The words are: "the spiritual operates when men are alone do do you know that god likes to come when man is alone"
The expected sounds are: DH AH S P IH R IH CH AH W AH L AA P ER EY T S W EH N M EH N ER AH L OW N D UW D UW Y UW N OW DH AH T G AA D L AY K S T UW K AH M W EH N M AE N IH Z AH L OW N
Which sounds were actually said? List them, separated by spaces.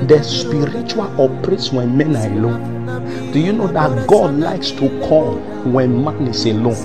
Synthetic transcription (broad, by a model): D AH S P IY R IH CH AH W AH L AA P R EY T S W EH N M EH N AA AH L OW N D D UW Y UW N OW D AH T G AA D L AY K S T UW K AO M W EH N M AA N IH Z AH L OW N